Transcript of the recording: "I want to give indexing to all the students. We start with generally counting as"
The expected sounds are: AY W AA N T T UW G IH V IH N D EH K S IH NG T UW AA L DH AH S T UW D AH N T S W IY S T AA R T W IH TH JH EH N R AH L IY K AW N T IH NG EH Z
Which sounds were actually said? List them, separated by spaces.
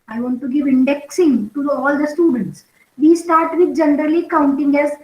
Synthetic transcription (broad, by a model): AY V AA N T T UW G IH V IH N D EH K S IH NG T UW AA L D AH S T UW D AH N T S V IY S T AA R T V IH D JH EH N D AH L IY K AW N T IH NG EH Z